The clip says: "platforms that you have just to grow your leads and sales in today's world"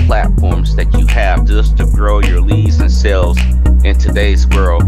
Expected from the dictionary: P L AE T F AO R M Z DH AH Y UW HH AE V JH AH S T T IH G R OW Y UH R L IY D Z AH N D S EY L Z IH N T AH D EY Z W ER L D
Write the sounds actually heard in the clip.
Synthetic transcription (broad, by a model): P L AE T F AO R M Z DH AH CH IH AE V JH AH S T T IH G R OW Y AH R L IY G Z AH N S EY L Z IH N T AH D EY Z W ER L